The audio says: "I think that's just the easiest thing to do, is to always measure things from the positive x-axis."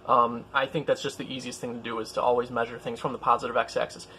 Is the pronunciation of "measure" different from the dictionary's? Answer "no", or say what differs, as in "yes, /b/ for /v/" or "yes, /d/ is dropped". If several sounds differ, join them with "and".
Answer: no